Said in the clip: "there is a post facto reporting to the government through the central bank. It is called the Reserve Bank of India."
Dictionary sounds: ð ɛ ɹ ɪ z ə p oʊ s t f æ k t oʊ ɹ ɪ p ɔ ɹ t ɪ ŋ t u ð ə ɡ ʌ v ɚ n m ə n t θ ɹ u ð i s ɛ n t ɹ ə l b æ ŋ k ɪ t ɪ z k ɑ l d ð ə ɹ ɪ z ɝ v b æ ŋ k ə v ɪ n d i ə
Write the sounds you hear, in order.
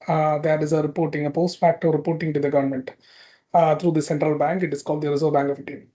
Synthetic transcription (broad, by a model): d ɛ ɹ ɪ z ə p oʊ s t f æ k t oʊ ɹ ɪ p ɔ ɹ t ɪ ŋ t u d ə ɡ ʌ v ɚ n m ə n t t ɹ u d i s ɛ n t ɹ ə l b æ ŋ k ɪ t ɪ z k ɑ l d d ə ɹ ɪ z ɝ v b æ ŋ k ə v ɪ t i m